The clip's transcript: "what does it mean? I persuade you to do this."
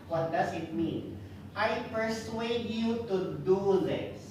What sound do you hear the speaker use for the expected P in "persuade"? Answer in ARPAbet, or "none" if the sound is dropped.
P